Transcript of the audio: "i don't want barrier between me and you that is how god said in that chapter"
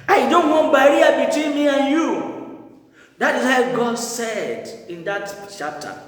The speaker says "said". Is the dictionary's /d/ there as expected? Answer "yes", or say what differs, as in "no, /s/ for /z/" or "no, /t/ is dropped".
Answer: yes